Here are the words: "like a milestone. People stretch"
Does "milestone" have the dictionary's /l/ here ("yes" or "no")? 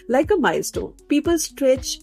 no